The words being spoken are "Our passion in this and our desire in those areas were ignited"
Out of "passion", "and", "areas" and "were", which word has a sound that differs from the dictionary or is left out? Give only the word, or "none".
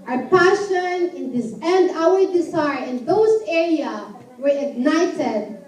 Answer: areas